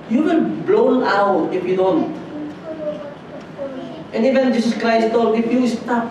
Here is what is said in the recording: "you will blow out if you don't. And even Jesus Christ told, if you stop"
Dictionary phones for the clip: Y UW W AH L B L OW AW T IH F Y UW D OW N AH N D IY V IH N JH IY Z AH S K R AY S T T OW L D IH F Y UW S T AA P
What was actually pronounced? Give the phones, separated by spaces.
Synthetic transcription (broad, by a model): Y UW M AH N B L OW AW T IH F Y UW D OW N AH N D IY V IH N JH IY S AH S K R AY S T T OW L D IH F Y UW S T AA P